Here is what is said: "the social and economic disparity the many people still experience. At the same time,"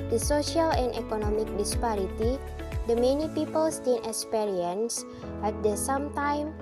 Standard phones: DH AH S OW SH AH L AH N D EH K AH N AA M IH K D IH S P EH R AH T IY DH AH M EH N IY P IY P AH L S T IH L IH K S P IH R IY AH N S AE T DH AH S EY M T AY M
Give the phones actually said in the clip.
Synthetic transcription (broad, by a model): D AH S OW SH AH L AH N D EH K AH N AA M IH K D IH S P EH R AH T IY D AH M EH N IY P IY P AH L S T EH N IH K S P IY R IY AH N S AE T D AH S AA M T AY M